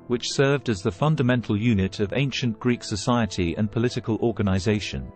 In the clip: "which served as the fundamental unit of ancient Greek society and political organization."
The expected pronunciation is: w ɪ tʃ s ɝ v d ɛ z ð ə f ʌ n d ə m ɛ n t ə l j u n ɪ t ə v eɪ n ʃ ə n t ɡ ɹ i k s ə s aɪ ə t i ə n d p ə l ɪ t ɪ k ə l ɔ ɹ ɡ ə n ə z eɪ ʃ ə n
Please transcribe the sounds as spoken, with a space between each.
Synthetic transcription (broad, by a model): w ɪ tʃ s ɝ v d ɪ z ð ə f ʌ n d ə m ɛ n t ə l j u n ɪ t ə v eɪ n ʃ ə n ɡ ɹ i k s ə s aɪ ə t i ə n p ə l ɪ t ɪ k ə l ɔ ɹ ɡ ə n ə z eɪ ʃ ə n